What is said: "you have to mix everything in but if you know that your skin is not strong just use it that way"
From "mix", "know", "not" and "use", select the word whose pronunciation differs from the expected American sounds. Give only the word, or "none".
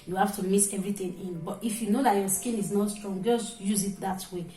mix